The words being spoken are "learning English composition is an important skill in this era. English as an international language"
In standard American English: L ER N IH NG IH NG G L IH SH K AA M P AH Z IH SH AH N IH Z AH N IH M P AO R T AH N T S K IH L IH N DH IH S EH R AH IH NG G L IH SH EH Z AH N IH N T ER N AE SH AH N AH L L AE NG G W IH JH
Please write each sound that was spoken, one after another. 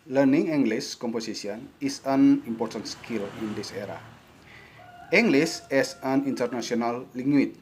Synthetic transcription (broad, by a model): L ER N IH NG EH NG G L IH S K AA M P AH S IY S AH N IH S AH N IH M P AO R T AH N T S K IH L IH N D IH S EH R AH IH NG G L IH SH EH S AH N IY N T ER N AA S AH N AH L L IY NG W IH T